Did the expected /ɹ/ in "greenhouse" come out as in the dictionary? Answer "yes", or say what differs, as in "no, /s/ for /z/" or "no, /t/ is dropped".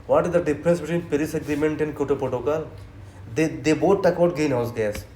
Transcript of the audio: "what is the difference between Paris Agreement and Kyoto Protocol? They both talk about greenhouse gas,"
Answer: no, /ɹ/ is dropped